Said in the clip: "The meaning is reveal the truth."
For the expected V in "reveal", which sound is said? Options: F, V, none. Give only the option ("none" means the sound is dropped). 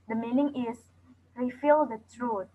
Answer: F